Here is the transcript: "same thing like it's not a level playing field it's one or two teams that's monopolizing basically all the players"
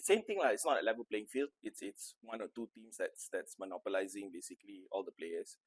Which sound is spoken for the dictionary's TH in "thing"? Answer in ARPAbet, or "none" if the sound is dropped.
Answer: T